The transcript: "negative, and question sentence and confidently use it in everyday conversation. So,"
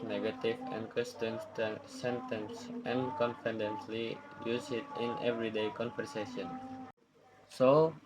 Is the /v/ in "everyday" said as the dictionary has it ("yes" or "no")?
yes